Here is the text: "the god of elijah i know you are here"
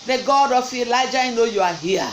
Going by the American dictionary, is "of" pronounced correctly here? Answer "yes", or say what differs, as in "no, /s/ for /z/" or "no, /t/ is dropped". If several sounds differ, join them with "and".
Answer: no, /f/ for /v/